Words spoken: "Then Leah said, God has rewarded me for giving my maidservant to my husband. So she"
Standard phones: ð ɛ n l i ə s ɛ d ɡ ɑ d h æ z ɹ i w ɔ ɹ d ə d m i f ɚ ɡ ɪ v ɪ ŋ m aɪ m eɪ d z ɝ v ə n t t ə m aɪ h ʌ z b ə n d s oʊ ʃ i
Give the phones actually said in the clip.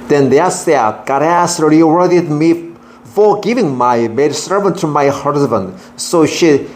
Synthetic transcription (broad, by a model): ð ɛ n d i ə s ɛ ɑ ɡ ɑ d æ s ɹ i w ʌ ɹ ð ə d m i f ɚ ɡ ɪ v ɪ ŋ m aɪ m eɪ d s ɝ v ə n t t ə m aɪ h ʌ z b ə n d s oʊ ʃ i